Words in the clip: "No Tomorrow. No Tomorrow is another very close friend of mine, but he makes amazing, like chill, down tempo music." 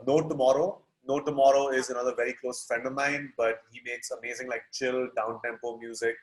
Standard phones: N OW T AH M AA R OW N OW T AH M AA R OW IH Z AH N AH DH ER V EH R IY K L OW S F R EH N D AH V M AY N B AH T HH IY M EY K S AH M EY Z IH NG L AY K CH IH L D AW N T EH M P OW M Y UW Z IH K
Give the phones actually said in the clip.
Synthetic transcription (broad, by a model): N OW T AH M AA R OW N OW T AH M AA R OW IH Z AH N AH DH ER V EH R IY K L OW S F EH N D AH M AY N B AH T HH IY M EY K S AH M EY Z IH NG L AY K CH IH L D AW N T EH M P OW M Y UW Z IH K